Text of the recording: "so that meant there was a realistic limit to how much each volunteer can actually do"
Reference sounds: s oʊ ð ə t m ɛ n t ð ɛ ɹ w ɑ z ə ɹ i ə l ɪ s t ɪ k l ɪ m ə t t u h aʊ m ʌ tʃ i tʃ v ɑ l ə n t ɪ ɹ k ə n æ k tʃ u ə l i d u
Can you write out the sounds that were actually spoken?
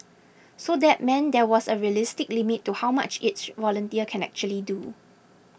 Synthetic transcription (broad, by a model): s oʊ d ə t m ɛ n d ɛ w ɑ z ə ɹ i ə l ɪ s t ɪ k l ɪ m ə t t u h aʊ m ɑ tʃ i s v ɑ l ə n t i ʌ k ə n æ k tʃ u ə l i d u